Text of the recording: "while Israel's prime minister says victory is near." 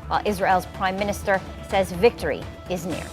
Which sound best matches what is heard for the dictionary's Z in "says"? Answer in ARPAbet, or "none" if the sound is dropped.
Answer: Z